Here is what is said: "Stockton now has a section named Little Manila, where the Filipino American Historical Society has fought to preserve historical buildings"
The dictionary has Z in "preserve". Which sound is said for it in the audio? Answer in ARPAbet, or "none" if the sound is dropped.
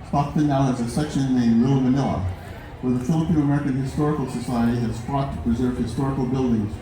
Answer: Z